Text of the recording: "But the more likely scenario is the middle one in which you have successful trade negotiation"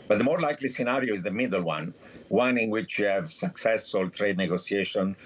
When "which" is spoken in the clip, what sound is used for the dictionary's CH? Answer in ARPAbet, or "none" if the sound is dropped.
CH